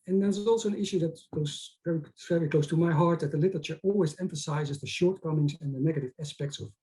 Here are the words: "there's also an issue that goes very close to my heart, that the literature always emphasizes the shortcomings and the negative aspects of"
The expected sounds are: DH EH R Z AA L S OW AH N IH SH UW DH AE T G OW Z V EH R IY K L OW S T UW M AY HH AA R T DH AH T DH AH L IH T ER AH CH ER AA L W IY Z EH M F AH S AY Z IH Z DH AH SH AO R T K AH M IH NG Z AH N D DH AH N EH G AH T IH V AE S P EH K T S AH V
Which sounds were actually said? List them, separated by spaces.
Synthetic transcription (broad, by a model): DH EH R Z AA L S OW AH N IH SH UW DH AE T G OW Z V EH R IY K L OW S T UW M AY HH AA R T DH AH T DH AH L IH T ER AH CH ER AA L W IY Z EH M F AH S AY Z IH Z DH AH SH AO R T K AH M IH NG Z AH N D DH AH N EH G AH T IH V AE S P EH K T S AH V